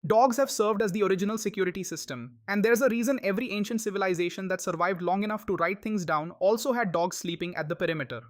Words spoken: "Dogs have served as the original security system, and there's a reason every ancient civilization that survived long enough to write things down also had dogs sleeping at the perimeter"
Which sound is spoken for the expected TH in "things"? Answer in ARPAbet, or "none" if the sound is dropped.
T